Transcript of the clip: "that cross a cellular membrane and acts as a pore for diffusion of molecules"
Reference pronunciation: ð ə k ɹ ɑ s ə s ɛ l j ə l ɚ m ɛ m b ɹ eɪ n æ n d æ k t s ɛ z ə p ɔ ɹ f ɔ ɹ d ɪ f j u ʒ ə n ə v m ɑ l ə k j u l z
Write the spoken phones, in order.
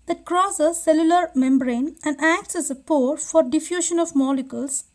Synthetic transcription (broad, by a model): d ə k ɹ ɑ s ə s ɛ l j ə l ɚ m ɛ m b ɹ eɪ n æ n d æ k t s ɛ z ə p ɔ ɹ f ɔ ɹ d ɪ f j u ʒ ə n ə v m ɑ l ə k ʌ l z